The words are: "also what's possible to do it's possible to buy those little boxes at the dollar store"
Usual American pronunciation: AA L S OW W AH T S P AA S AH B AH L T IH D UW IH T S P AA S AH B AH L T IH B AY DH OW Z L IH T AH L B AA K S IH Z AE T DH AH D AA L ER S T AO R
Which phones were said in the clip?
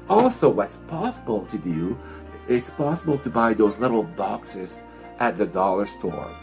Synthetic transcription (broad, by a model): AA L S OW W AH T S P AA S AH B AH L T IH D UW IH T S P AA S AH B AH L T IH B AY DH OW Z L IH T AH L B AA K S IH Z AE T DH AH D AA L ER S T AO R